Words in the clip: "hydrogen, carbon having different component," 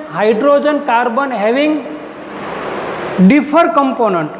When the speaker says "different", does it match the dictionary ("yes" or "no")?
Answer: no